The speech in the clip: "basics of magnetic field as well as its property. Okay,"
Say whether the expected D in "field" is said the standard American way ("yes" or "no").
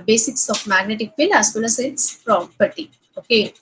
no